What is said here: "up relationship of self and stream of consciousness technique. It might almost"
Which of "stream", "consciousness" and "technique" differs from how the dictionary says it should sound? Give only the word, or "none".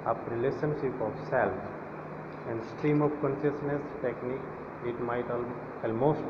none